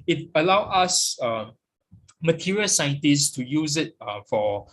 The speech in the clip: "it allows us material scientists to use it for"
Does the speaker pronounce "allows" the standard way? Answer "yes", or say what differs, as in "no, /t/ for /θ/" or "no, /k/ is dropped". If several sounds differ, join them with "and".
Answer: no, /z/ is dropped